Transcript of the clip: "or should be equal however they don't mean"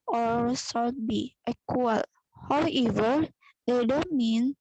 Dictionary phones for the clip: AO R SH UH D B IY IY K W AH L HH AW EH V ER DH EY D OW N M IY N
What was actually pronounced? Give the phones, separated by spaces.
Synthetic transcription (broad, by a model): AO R S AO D B IY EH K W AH L HH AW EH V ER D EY D OW N M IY N